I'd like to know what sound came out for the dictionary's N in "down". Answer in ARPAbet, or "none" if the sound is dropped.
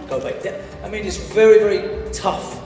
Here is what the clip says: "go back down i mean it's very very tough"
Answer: none